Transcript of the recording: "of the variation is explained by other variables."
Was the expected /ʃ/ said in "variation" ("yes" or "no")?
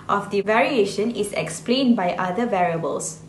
yes